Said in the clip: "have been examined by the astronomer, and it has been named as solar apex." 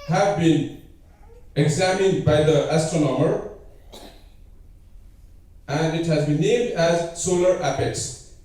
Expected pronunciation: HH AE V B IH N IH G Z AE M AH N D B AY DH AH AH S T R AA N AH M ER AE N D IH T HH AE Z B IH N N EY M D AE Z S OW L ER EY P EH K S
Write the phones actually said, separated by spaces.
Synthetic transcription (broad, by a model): HH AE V B IH N IH G Z AE M AH N D B AY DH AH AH S T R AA N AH M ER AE N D IH T HH AE Z B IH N N EY M D AE Z S OW L ER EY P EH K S